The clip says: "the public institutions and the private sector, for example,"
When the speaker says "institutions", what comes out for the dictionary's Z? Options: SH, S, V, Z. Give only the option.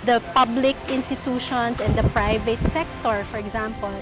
S